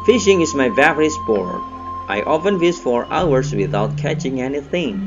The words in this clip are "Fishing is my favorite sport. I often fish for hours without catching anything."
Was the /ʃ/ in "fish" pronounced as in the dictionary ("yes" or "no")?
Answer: no